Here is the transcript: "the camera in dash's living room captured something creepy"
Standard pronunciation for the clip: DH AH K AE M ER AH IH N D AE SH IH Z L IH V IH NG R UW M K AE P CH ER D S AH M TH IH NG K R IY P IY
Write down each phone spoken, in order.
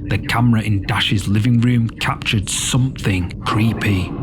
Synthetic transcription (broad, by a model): DH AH K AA M ER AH IH N D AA SH IH Z L IH V IH NG R UW M K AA P CH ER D S AH M TH IH NG K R IY P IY